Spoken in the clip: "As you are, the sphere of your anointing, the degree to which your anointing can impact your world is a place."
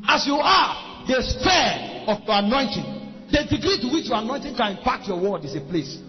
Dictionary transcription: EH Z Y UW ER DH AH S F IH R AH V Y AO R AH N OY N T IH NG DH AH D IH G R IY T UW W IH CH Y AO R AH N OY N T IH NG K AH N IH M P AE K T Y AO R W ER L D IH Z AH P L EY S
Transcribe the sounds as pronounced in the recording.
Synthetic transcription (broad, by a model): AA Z Y UW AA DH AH S P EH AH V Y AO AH N OY N T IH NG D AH D IH G R IY T UW W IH CH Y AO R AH N OY N T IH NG K AH N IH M P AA K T Y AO W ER D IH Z AH P L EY S